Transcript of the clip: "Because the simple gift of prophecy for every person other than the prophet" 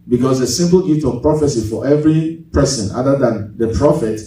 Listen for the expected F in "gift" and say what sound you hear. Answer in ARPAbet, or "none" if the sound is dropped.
none